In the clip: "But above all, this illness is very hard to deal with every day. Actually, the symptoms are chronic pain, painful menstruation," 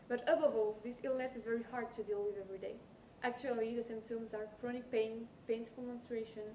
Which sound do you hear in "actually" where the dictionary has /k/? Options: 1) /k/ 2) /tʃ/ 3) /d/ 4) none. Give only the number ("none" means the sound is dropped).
1